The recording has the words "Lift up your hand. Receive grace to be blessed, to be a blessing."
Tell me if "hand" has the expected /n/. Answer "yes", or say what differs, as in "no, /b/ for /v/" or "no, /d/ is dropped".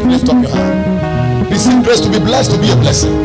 no, /n/ is dropped